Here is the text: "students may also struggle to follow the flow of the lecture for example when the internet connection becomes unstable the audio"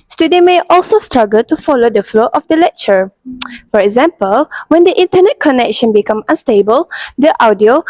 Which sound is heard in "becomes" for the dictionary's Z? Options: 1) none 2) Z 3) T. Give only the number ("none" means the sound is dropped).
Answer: 1